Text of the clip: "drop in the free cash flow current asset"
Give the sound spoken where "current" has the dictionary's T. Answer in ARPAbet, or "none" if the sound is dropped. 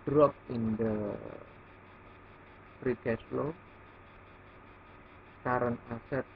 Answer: none